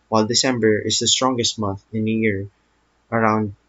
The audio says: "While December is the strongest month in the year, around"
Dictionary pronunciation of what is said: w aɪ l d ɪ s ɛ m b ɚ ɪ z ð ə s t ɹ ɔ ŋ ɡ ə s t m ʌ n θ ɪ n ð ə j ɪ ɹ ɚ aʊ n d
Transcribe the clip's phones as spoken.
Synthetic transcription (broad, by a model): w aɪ l d ɪ s ɛ m b ɚ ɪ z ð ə s t ɹ ɔ ŋ ɡ ə s t m ʌ n θ ɪ n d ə j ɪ ɹ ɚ aʊ n d